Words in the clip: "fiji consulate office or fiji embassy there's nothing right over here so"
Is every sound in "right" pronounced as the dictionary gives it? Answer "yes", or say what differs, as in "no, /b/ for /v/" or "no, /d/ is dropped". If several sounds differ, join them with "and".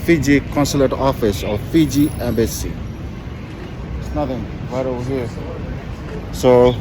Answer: no, /w/ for /ɹ/